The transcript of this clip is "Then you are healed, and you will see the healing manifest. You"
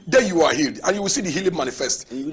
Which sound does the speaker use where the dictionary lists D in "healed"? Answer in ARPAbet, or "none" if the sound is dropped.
D